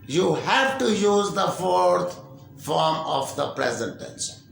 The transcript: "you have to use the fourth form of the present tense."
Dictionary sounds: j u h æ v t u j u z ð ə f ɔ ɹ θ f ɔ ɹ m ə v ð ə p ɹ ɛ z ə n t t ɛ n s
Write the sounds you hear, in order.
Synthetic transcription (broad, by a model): j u h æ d t u j u z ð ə f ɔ ɹ t f ɔ ɹ m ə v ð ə p ɹ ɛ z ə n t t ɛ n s